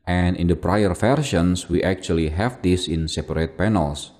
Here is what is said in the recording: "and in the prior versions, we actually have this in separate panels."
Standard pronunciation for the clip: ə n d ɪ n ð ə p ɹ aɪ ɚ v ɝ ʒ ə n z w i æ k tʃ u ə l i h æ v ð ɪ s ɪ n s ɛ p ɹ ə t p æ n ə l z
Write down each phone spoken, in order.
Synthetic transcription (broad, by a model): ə n ɪ n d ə p ɹ aɪ ɚ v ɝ ʃ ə n s w i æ k tʃ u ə l i h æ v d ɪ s ɪ n s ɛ p ɹ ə t p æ n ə l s